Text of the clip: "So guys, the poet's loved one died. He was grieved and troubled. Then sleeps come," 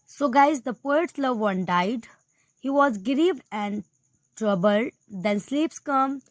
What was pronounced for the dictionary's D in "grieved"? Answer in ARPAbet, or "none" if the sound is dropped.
none